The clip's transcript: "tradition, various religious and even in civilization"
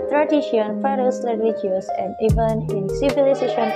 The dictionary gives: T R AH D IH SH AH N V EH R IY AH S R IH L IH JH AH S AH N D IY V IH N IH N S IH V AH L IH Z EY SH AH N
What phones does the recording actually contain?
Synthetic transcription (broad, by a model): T R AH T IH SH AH N F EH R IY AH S L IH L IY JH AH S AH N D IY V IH N IH N S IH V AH L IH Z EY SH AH N